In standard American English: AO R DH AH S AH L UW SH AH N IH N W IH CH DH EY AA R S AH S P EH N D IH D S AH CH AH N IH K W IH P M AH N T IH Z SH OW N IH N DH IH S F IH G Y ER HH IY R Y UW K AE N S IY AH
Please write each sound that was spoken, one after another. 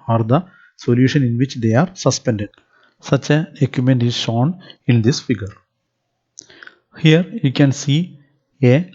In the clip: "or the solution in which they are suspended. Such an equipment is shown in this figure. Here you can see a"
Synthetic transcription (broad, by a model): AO R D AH S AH L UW SH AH N IH N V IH CH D EY AA R S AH S P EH N D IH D S AH CH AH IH K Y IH M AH N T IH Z SH OW N IH N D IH S F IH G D HH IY R Y UW K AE N S IY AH